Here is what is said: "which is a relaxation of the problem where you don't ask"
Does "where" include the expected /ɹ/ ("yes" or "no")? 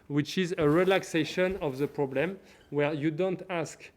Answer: yes